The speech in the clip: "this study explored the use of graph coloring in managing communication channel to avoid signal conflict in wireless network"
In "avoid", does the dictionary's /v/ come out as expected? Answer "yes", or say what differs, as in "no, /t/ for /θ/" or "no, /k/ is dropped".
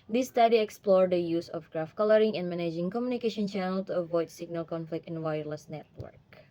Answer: yes